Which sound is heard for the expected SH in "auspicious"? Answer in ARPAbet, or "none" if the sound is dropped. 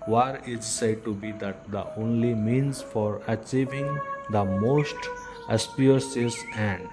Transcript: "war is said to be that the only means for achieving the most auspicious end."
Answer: S